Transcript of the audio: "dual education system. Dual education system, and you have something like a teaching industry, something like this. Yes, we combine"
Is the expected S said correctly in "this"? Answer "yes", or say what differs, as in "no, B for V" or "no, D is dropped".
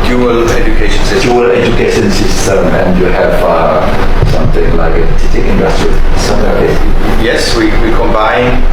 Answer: no, S is dropped